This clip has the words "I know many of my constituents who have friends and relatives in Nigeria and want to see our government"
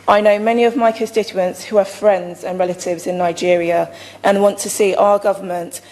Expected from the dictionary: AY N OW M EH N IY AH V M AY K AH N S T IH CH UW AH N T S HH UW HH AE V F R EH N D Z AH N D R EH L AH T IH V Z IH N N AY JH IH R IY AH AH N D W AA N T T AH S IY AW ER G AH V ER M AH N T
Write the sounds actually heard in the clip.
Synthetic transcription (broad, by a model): AY N OW M EH N IY AH V M AY K AH N S T IH CH UW AH N T S HH UW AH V F R EH N D Z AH N R EH L AH T IH V Z IH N N AY JH IH R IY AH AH N W AA N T T AH S IY AW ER G AH V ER M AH N T